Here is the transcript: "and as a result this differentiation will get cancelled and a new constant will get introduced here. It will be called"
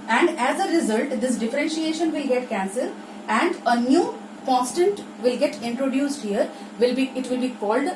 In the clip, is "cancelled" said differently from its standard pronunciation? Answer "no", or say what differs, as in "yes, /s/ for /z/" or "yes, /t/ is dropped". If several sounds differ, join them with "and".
yes, /l/ is dropped